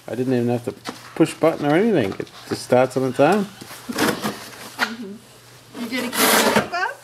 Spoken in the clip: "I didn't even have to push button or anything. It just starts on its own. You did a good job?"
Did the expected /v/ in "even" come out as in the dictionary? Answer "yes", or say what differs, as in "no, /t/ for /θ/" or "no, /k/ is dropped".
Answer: yes